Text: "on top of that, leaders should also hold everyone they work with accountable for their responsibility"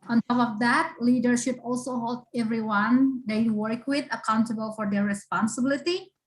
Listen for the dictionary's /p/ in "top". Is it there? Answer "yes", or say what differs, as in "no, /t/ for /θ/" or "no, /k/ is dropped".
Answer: no, /f/ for /p/